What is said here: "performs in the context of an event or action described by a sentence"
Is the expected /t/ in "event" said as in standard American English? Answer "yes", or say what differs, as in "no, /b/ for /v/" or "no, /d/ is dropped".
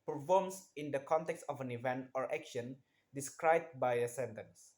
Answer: yes